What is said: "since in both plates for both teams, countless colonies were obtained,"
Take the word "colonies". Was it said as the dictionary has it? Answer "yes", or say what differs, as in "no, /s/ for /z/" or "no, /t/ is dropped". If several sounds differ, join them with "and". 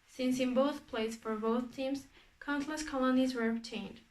yes